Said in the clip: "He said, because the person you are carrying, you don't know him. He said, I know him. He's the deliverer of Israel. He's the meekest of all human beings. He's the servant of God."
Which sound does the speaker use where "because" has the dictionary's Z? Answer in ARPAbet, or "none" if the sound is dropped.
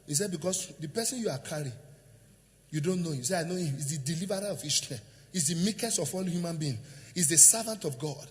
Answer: S